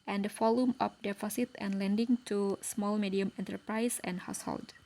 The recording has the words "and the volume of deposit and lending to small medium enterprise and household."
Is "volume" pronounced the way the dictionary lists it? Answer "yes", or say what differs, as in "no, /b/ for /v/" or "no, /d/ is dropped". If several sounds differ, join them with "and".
no, /f/ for /v/